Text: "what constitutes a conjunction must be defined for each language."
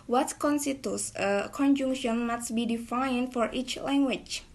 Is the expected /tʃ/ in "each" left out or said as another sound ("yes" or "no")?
no